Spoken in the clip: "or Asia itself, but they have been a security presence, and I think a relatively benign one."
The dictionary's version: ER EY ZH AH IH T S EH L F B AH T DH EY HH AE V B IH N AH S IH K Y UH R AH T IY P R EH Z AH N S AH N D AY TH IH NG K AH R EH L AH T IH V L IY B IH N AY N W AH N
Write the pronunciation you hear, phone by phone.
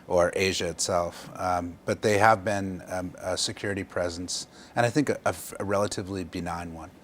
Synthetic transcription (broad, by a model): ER EY ZH AH IH T S EH L F B AH T DH EY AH V B IH N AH S IH K Y UH R AH T IY P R EH Z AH N S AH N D AY TH IH NG K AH R EH L AH T IH V L IY B IH N AY N W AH N